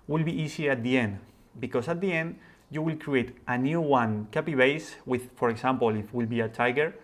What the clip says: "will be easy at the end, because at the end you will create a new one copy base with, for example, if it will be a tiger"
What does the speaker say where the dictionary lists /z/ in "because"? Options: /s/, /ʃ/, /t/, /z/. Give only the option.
/s/